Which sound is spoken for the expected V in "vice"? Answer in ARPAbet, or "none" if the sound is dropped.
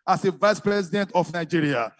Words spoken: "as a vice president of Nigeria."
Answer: V